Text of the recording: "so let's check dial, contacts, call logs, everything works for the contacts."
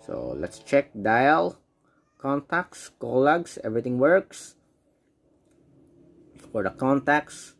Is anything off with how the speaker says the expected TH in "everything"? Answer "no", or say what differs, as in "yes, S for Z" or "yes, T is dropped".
yes, T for TH